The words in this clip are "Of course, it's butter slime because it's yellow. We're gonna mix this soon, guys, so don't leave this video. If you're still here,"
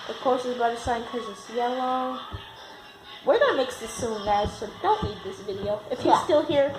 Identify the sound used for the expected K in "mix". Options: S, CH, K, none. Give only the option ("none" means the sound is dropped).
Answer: K